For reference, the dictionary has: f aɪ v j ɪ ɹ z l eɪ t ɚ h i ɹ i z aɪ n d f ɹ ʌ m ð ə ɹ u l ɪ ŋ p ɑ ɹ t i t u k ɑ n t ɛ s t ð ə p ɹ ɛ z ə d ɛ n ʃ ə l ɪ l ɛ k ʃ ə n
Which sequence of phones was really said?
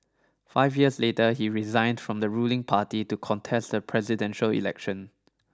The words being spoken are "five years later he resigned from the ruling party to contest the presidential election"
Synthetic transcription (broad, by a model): f aɪ v j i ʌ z l eɪ t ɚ h i ɹ i z aɪ n d f ɹ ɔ m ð ə ɹ u l ɪ ŋ p ɑ t i t u k ɑ n t ɛ s t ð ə p ɹ ɛ z ə d ɛ n ʃ ə l ɪ l ɛ k ʃ ə n